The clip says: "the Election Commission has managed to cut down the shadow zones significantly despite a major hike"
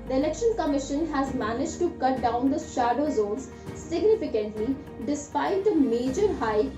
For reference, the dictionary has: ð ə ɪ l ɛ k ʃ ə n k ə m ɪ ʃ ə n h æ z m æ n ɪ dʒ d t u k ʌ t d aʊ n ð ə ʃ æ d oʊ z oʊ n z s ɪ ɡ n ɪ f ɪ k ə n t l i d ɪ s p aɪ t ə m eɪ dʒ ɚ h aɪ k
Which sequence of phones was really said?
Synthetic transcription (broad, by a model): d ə ɪ l ɛ k ʃ ə n k ə m ɪ ʃ ə n h æ z m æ n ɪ dʒ t u k ʌ t d aʊ n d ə ʃ æ d oʊ z oʊ n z s ɪ ɡ n ɪ f ɪ k ə n t l i d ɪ s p aɪ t ə m eɪ dʒ ɚ h aɪ